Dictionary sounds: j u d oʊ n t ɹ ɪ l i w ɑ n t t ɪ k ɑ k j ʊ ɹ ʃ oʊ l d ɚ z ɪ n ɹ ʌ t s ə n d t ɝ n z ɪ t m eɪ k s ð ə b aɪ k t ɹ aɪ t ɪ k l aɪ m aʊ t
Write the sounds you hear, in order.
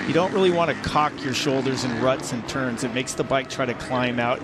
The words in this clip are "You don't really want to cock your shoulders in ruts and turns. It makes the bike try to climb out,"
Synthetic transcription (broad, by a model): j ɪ d oʊ n t ɹ ɪ l i w ɑ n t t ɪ k ɑ k j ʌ ɹ ʃ oʊ l d ɚ z ɪ n ɹ ʌ t s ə n t ɝ n z ɪ t m eɪ k s ð ə b aɪ k t ɹ aɪ t ɪ k l aɪ m aʊ t